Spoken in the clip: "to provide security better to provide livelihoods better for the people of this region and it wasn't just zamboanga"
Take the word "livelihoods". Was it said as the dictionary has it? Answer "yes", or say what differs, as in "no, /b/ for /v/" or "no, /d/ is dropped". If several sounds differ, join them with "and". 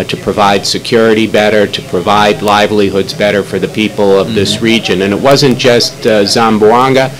yes